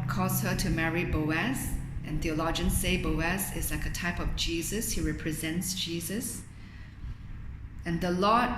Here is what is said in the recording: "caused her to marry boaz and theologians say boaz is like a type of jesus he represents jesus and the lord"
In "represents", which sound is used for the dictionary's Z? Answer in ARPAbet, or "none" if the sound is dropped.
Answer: Z